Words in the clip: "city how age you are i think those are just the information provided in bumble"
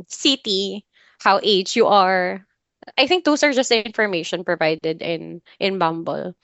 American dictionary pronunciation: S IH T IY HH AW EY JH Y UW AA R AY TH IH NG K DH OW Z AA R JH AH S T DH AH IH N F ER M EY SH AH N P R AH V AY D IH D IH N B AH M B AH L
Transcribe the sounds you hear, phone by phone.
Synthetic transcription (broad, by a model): S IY T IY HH AW EY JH Y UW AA R AY TH IH NG K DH OW S AA R JH AH S T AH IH N F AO M EY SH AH N P R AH V AY D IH D IH N B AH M B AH L